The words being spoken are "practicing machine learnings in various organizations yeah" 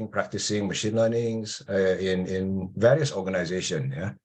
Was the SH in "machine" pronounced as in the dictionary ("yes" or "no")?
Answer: yes